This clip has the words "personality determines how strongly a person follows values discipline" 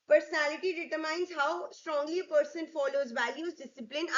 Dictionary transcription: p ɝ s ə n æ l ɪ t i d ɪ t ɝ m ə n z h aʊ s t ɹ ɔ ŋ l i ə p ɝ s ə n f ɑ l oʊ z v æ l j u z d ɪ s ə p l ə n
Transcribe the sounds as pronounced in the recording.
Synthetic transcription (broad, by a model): p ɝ s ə n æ l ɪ t i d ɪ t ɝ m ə n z h aʊ s t ɹ ɔ ŋ l i ə p ɝ s ə n f ɑ l oʊ z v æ l j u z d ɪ s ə p l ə n